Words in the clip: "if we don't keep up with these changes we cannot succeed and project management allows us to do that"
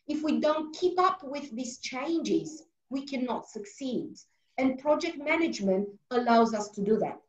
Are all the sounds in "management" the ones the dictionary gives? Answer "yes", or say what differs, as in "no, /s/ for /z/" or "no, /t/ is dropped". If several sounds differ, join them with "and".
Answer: yes